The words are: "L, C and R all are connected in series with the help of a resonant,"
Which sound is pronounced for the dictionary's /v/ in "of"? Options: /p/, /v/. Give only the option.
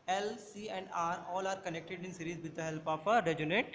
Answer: /p/